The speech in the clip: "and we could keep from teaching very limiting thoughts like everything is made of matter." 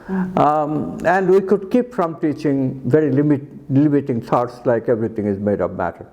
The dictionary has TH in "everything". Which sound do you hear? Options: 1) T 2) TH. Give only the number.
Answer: 1